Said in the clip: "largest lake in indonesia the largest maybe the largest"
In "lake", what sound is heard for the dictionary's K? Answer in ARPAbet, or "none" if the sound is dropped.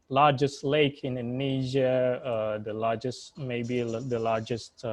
none